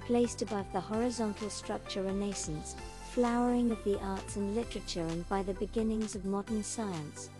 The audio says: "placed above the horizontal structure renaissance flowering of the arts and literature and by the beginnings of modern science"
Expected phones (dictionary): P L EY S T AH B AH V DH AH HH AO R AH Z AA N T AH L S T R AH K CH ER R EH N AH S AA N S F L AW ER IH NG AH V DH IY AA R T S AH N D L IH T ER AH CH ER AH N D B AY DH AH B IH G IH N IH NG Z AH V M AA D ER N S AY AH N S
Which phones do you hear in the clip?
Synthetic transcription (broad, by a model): P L EY S T AH B AH V DH AH HH AO R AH Z AA N T L S T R AH K CH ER R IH N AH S N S F L AW ER IH NG AH V DH IY AA R T S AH N L IH T ER AH CH ER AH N B AY DH AH B IH G IH N IH NG Z AH V M AA D ER N S AY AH N S